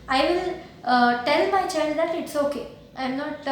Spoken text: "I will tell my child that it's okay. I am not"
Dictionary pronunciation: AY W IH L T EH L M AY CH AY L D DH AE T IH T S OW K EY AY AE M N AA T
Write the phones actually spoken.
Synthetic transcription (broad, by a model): AY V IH L T EH L M AY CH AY N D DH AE T IH T S OW K EY AY M N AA T